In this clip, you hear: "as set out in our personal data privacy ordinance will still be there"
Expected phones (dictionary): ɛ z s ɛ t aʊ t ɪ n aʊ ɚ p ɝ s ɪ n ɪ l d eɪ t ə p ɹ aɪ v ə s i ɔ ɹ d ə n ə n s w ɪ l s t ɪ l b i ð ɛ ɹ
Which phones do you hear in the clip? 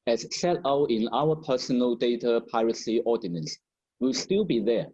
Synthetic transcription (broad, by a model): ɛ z s ɛ t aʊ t ɪ n aʊ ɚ p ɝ s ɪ n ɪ l d eɪ t ə p aɪ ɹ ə s i ɔ d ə n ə n s w ɪ l s t ɪ l b i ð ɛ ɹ